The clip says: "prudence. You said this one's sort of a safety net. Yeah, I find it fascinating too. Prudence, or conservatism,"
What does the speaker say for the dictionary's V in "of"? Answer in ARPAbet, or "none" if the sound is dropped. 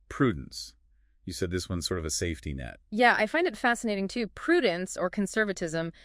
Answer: V